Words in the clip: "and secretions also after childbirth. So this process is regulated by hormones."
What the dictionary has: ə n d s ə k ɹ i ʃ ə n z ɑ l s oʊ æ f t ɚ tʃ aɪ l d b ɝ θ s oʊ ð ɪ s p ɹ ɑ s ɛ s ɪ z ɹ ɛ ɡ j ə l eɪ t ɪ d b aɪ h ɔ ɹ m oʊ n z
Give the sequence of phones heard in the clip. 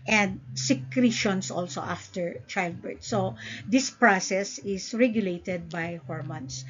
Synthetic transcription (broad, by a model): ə n d s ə k ɹ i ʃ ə n s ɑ l s oʊ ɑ f t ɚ tʃ aɪ l d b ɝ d s oʊ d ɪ s p ɹ ɑ s ɛ s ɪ s ɹ ɛ ɡ j ə l eɪ t ɪ d b aɪ h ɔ ɹ m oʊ n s